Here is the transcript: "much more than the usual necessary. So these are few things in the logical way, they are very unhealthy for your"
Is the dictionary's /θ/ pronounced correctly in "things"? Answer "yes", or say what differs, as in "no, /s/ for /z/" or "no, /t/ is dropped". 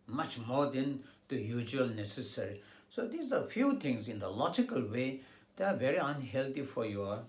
no, /t/ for /θ/